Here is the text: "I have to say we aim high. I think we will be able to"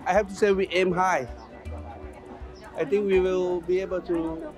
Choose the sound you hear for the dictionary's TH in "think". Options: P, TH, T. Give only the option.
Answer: T